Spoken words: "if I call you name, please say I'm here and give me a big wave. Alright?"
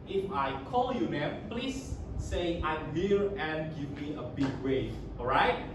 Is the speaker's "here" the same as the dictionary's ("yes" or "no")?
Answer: no